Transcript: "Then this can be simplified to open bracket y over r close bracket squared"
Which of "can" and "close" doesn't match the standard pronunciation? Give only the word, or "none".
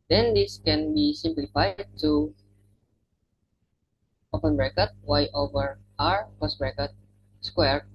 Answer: close